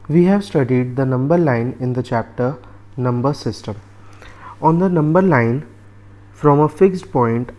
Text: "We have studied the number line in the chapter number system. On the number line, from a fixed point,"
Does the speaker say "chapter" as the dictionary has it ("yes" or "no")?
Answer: yes